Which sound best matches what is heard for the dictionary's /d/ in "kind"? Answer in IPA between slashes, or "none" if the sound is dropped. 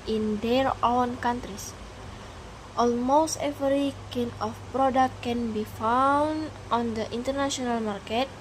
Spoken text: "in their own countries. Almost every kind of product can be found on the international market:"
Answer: none